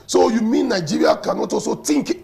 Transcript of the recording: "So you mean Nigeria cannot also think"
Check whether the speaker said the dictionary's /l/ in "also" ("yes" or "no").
no